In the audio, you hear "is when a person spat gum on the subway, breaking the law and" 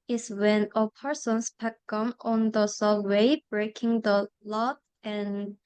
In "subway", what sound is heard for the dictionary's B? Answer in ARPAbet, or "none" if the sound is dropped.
none